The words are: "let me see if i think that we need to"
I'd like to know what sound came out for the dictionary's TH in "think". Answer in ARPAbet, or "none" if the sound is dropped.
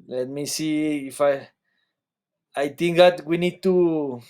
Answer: T